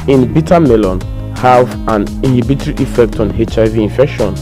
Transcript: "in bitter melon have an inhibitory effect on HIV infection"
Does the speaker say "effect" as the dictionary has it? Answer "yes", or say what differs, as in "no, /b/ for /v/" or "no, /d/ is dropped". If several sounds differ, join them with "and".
yes